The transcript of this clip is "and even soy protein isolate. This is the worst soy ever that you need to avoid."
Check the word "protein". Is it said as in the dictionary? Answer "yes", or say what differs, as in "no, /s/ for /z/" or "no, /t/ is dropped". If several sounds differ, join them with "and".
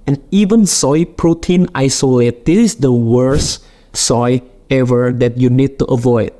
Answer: yes